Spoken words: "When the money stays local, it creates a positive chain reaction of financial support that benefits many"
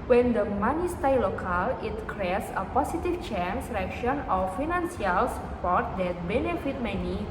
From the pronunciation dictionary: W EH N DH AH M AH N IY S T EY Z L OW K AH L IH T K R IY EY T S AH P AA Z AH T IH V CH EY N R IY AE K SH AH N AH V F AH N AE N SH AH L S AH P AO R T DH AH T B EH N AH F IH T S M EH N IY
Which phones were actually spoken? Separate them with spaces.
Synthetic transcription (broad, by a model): W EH N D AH M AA N IY S T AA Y L OW K AH L IH T K R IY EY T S AH P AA S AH T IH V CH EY N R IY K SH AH N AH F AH N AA N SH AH L S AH P AO R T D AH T B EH N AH F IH T M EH N IY